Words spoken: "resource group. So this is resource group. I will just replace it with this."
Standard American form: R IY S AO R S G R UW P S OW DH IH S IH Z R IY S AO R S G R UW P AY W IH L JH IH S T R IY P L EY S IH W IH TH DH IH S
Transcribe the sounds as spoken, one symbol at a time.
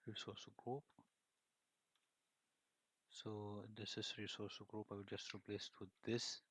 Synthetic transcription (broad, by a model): R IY S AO S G R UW P S OW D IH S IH S R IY S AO S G R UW P AY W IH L JH IH S T R IY P L EY S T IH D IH S